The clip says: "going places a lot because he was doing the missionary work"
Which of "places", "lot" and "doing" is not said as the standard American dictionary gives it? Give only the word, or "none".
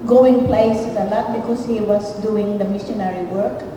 places